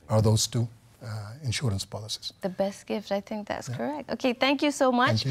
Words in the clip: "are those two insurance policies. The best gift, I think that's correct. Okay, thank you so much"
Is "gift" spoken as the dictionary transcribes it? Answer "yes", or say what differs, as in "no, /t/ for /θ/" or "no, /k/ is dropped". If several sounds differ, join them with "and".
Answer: yes